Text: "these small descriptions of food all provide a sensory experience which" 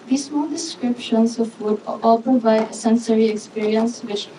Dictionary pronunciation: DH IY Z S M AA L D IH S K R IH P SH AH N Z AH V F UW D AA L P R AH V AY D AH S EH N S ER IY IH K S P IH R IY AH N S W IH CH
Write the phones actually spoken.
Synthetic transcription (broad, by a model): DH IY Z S M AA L D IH S K R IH P SH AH N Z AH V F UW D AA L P AH B AY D AH S EH N S ER IY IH K S P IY R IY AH N S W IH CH